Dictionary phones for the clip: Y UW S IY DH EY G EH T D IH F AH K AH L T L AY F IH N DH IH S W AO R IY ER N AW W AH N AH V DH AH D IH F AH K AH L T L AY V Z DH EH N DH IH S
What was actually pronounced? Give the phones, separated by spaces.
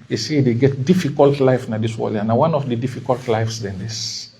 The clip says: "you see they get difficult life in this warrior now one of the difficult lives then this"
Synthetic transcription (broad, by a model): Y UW S IY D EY G EH T D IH F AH K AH L T L AY F N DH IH S W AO L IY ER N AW W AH N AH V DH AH D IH F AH K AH L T L AY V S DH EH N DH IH S